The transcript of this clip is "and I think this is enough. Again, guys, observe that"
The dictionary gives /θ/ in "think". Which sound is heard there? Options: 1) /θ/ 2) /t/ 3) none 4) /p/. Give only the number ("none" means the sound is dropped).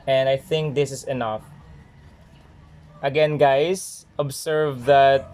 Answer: 1